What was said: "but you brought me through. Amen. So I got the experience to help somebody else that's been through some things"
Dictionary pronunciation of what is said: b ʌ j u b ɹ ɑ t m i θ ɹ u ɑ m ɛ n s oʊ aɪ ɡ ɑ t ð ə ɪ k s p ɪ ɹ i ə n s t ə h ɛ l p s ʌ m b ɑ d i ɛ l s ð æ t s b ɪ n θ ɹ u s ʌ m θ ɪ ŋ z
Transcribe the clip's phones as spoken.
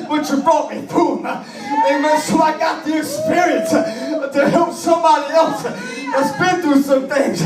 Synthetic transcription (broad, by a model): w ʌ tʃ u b ɹ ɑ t m i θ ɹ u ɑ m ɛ s oʊ aɪ ɡ ɑ t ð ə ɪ s p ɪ ɹ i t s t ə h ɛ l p s ʌ m b ɑ d i ɛ l s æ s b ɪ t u s ʌ m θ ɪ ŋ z